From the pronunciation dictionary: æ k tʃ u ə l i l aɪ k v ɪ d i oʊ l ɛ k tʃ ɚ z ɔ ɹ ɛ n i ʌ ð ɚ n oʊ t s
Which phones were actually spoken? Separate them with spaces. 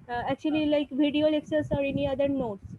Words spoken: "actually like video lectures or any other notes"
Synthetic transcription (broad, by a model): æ k tʃ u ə l i l aɪ k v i d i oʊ l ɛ k s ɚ s ɔ ɹ ɛ n i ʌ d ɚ n oʊ t s